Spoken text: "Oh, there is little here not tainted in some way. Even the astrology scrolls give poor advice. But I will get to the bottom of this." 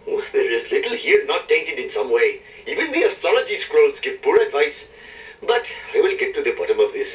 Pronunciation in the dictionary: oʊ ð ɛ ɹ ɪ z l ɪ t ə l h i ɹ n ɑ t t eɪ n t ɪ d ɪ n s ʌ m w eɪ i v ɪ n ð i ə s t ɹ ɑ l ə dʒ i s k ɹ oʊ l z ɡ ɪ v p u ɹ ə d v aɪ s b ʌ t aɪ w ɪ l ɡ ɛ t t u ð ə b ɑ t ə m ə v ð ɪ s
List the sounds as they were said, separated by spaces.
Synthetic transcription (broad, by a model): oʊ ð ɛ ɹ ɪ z l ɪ t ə l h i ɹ n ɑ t t eɪ n t ɪ d ɪ n s ʌ m w eɪ i v ɪ n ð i ə s t ɹ ɑ l ə dʒ i s k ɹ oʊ l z ɡ ɪ v p u ɹ ə d v aɪ s b ʌ t aɪ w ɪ l ɡ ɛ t t u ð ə b ɑ t ə m ə v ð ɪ s